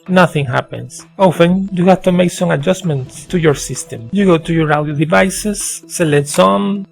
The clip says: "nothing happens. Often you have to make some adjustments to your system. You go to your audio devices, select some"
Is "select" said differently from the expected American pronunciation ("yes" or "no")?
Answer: yes